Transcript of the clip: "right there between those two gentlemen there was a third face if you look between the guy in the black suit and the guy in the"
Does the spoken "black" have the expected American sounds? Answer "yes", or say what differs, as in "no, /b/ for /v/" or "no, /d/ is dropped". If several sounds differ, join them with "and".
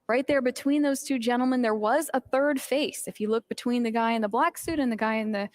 yes